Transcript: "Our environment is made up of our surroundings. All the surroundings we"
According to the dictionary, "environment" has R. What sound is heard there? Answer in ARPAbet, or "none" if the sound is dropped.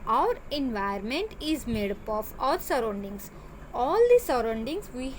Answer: none